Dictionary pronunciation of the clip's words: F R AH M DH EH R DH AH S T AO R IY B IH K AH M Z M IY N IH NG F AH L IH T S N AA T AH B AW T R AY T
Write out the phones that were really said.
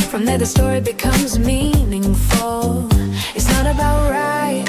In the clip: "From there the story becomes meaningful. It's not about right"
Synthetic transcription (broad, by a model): F R AH M DH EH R DH AH S T AO R IY B IH K AH M Z M IY N IH NG F AH L IH T S N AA T AH B AW T R AY T